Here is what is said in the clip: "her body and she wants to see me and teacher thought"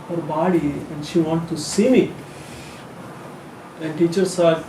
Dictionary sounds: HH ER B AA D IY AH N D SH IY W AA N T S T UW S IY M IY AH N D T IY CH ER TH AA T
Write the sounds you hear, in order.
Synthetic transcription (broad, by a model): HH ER B AA D IY AH N D SH IY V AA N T T UW S IY M IY AH N D T IY CH ER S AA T